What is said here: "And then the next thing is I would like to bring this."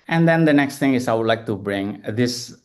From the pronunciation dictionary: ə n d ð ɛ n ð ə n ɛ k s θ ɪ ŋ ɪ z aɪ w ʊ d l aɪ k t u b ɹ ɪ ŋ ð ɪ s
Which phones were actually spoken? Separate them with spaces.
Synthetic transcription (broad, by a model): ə n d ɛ n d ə n ɛ k s t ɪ ŋ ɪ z aɪ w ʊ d l aɪ k t u b ɹ ɪ ŋ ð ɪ s